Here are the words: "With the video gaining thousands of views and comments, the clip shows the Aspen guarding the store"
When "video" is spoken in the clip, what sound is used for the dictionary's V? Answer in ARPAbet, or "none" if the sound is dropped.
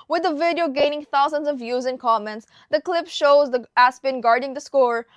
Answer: V